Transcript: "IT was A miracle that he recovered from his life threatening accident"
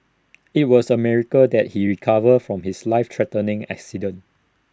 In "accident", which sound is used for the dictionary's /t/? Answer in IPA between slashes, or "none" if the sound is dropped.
none